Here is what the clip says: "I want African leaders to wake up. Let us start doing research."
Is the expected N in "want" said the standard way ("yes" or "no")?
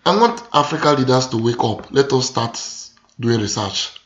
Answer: no